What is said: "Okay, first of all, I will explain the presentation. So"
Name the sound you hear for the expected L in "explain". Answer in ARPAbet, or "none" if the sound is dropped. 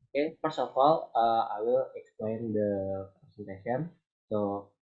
L